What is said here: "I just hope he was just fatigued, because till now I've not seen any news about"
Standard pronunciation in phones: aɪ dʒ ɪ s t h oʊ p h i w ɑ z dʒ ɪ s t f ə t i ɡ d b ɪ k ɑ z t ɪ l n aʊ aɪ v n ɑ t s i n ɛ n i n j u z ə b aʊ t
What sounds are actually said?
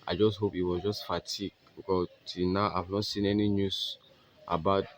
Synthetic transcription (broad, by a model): aɪ dʒ ɪ s t h oʊ p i w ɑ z dʒ ɪ s t f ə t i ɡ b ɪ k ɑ t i n aʊ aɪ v n ɑ t s i n ɛ n i n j u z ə b aʊ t